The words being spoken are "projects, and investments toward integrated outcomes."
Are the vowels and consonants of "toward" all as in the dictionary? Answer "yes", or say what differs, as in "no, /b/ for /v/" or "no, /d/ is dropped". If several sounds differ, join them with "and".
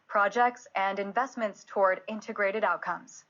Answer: yes